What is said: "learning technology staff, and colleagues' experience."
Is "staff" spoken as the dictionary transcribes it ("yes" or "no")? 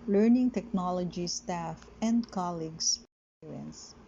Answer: yes